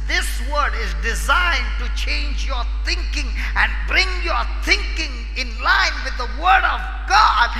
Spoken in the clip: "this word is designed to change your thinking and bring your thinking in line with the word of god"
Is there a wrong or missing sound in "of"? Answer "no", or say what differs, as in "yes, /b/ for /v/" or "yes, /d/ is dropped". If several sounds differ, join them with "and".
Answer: no